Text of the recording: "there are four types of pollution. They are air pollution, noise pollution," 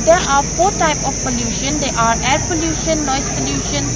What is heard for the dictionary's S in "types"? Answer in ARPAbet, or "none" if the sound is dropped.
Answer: none